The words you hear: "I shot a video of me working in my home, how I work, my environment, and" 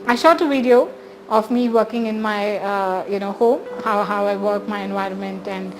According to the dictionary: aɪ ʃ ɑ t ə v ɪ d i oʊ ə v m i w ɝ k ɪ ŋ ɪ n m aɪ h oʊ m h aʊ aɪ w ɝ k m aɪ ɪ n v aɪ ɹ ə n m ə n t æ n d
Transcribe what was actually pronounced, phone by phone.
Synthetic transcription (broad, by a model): aɪ ʃ ɑ t ə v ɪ d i oʊ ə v m i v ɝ k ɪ ŋ ɪ n m aɪ h oʊ m h aʊ aɪ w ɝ k m aɪ ɪ n v aɪ ɹ ə n m ə n t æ n d